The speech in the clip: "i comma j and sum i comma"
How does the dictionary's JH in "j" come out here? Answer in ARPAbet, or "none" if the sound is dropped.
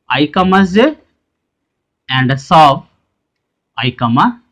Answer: Z